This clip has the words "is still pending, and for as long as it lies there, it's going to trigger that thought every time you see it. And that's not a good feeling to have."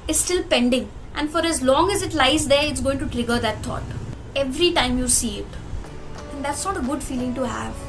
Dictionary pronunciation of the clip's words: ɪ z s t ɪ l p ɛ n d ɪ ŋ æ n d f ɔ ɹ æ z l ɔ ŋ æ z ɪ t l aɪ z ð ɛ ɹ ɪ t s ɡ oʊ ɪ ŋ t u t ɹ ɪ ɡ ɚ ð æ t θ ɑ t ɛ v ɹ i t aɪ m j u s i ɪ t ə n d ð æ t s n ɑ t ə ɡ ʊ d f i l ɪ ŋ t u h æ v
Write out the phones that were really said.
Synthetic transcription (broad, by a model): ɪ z s t ɪ l p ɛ n d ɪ ŋ æ n d f ɔ ɹ æ z l ɔ ŋ æ z ɪ t l aɪ z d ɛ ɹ ɪ t s ɡ oʊ ɪ ŋ t u t ɹ ɪ ɡ ɚ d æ t t ɑ t ɛ v ɹ i t aɪ m j u s i ɪ t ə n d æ t s n ɑ t ə ɡ ʊ d f i l ɪ ŋ t u h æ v